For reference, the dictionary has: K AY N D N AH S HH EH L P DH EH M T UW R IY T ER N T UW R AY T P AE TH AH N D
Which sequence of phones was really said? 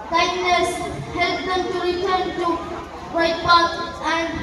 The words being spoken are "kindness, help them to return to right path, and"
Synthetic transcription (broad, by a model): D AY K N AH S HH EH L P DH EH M T UW R IY T ER N T UW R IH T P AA T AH N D